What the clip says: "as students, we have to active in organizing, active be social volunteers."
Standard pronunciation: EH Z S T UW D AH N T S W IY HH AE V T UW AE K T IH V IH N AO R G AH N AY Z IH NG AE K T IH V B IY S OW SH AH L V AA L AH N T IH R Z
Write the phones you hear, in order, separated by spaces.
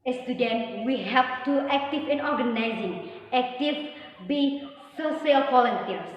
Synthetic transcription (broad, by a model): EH S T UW D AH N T W IY HH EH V T UW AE K T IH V IH N AO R G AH N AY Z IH NG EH K T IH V B IY S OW S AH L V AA L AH N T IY R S